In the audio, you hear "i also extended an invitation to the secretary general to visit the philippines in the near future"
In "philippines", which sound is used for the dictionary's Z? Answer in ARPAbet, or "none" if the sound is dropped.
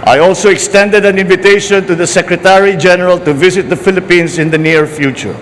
S